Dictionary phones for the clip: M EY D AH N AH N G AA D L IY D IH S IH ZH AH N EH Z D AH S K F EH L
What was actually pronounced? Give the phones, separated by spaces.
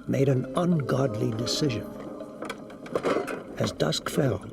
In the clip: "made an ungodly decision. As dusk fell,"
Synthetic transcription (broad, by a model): M EY D AH N AH N G AA D L IY D IH S IH ZH AH N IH Z D AH S K F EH L